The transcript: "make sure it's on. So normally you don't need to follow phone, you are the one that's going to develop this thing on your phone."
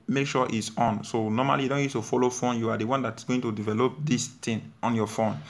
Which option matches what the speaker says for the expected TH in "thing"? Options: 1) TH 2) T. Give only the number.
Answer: 2